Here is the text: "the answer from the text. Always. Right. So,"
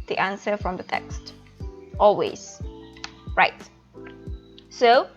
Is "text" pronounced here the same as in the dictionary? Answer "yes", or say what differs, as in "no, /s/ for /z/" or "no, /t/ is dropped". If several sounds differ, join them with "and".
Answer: yes